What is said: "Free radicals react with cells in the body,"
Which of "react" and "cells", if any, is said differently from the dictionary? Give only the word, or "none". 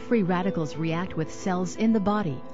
none